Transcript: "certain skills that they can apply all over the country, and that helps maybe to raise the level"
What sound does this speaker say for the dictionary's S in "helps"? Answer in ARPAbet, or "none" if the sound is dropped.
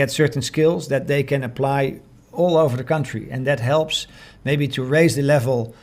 S